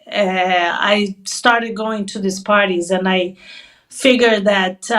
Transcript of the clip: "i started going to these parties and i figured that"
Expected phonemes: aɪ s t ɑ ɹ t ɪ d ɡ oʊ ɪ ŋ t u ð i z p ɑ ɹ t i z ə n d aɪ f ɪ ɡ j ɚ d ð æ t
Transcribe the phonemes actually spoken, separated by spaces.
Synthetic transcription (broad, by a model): aɪ s t ɑ ɹ t ɪ d ɡ oʊ ɪ ŋ t u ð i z p ɑ ɹ t i z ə n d aɪ f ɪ ɡ j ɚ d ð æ t